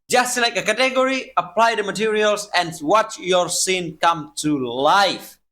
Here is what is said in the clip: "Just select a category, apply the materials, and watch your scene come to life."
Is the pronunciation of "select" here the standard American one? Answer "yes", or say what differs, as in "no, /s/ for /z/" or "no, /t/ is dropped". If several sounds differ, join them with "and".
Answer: no, /t/ is dropped